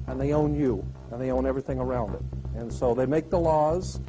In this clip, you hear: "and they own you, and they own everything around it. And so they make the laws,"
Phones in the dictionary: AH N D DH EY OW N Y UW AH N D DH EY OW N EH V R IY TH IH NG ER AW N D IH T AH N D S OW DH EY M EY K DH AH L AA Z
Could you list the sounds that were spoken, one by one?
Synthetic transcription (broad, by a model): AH N DH EY OW N Y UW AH N DH EY OW N EH V R IY TH IH NG ER AW N D IH T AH N S OW DH EY M EY K DH AH L AA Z